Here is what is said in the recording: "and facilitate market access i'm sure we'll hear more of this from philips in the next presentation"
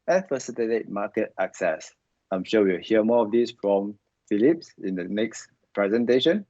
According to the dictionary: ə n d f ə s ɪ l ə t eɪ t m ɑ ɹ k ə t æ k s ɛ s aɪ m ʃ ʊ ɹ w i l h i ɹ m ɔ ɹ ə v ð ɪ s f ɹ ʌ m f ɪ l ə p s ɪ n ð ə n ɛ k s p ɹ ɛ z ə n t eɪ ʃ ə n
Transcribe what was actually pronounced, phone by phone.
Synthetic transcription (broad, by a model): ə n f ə s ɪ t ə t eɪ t m ɑ k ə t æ k s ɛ s aɪ m ʃ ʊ w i w h i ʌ m ɔ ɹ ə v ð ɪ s f ɹ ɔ m f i l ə p s ɪ n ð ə n ɛ k s p ɹ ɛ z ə n t eɪ ʃ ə n